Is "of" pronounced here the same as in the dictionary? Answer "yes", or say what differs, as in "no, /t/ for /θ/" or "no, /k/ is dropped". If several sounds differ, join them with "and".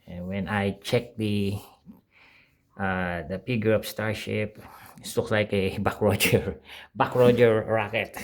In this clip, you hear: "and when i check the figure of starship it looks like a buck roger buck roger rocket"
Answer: no, /p/ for /v/